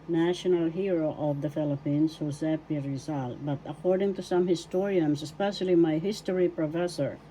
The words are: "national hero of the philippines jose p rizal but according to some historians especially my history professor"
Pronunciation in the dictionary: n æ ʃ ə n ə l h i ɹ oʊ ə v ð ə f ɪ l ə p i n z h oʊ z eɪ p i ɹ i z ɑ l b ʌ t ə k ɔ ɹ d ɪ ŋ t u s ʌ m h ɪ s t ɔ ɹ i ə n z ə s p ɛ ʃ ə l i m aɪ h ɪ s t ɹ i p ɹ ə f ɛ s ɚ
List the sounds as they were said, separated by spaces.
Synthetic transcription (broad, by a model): n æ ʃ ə n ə l h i ɹ oʊ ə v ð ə f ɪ l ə p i n s h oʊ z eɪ p i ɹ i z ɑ l b ʌ t ə k ɔ ɹ d ɪ ŋ t u s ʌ m h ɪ s t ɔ ɹ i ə n s ə s p ɛ ʃ ə l i m aɪ h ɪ s t ɹ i p ɹ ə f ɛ s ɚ